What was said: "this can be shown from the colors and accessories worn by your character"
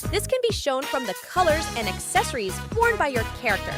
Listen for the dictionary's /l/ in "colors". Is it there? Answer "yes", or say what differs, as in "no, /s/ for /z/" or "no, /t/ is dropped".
yes